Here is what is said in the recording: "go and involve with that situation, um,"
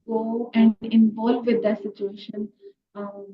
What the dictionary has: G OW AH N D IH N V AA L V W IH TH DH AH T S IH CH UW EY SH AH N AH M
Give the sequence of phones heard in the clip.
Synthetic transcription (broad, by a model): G OW AH N D IH N V AA L V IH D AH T S IH CH UW EY SH AH N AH